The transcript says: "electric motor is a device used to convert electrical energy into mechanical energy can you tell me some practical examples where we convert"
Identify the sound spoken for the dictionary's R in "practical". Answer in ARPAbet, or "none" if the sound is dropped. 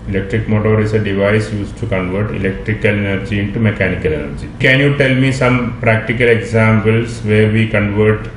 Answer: R